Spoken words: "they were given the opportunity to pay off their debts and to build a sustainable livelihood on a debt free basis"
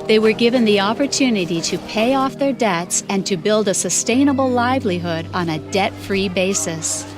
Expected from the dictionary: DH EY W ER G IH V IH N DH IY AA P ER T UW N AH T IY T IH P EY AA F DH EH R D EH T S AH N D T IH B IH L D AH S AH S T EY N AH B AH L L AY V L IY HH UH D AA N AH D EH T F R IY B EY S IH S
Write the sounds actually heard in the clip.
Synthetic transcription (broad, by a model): DH EY W ER G IH V IH N DH IY AA P ER T UW N AH T IY T IH P EY AA F DH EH R D EH T S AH N T IH B IH L D AH S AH S T EY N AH B L L AY V L IY HH UH D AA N AH D EH T F R IY B EY S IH S